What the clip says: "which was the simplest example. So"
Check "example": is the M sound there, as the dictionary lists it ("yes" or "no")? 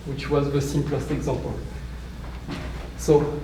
no